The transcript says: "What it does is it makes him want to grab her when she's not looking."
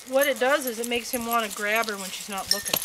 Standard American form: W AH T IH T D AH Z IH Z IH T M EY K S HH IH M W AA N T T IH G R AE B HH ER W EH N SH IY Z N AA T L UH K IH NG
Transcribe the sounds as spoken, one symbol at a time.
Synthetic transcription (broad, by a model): W AH T IH T D AH Z IH Z IH T M EY K S HH IH M W AA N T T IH G R AE B ER W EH N SH IY Z N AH T L UH K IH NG